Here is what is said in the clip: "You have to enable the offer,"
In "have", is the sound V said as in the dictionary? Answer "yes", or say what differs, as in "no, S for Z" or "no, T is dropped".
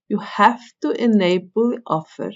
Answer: no, F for V